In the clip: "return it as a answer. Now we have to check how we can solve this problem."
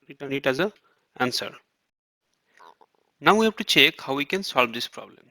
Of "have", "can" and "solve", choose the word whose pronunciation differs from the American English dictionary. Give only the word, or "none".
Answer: have